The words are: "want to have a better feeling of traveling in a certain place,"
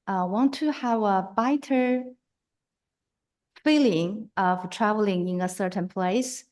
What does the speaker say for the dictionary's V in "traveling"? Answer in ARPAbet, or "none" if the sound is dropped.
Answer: V